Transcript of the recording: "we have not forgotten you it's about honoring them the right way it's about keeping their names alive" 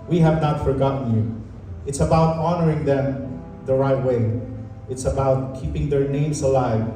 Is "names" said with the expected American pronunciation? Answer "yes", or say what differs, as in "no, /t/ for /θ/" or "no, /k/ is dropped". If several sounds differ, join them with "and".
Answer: no, /s/ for /z/